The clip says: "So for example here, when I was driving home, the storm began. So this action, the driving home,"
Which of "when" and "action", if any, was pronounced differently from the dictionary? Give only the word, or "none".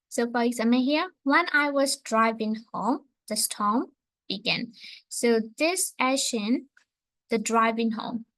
action